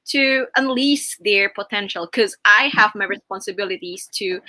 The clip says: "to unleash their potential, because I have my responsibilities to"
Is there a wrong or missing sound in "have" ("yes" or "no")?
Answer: no